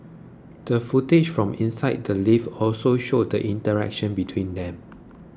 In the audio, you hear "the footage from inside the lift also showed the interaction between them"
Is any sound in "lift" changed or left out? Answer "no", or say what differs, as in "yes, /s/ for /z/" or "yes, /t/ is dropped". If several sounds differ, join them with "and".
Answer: yes, /t/ is dropped